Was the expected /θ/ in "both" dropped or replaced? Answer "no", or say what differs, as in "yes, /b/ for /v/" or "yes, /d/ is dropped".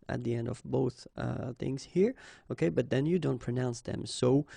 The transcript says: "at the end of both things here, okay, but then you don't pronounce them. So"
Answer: no